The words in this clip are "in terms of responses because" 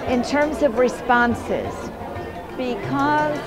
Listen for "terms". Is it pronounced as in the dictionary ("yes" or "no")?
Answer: yes